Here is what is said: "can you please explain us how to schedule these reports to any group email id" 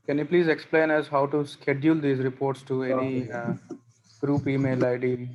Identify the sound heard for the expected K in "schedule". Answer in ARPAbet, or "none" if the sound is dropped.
K